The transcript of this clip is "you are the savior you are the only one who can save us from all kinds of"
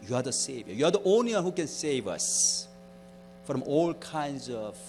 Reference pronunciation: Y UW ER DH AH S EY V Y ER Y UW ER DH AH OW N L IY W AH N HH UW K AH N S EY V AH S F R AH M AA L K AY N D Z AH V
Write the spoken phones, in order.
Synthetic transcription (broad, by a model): Y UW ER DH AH S EY V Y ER Y UW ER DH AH OW N L IY W AH N HH UW K AH N S EY V AH S F R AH M AA L K AY N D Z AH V